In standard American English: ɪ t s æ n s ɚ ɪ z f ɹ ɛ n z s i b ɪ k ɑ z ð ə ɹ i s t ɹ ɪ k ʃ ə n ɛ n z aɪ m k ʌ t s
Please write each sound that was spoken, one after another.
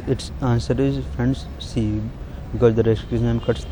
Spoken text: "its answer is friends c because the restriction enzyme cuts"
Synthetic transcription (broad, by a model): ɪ t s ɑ n s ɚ ɪ z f ɹ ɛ n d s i b ɪ k ɑ z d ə ɹ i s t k ə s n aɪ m k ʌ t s